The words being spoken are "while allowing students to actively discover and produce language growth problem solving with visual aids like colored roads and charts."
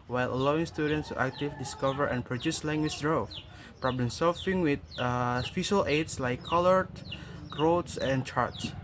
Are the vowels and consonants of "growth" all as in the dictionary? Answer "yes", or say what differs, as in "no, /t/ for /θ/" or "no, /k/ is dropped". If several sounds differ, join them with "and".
no, /f/ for /θ/